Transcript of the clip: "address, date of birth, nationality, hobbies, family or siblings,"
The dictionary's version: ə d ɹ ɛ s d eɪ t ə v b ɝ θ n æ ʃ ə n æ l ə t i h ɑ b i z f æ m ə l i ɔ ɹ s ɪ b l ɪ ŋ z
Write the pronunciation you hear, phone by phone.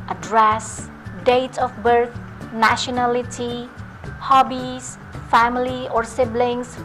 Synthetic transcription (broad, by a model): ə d ɹ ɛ s d eɪ t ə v b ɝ t n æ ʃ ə n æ l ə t i h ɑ b i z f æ m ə l i ɔ ɹ s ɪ b l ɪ ŋ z